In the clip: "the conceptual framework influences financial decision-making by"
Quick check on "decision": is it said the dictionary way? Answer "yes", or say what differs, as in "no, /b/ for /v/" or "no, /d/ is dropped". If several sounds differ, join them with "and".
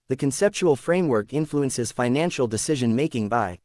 yes